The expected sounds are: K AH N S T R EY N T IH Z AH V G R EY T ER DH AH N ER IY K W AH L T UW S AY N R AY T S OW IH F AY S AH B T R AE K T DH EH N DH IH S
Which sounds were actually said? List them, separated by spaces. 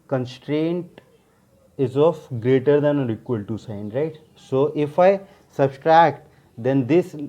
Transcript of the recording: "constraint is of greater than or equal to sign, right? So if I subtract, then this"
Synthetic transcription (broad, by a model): K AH N S T R EY N T IH Z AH F G R EY T ER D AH N ER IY K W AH L T UW S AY N R AY T S OW IH F AY S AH B T R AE K T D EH N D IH S